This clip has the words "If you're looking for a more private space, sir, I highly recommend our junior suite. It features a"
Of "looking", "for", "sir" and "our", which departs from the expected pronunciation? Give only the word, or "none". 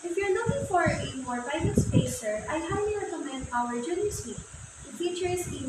looking